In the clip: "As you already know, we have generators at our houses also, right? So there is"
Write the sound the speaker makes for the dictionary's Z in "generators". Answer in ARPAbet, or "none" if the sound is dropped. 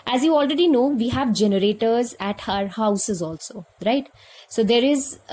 Z